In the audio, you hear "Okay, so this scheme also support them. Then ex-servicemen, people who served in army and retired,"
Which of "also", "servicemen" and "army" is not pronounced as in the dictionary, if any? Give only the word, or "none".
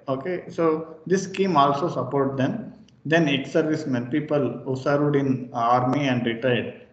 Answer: none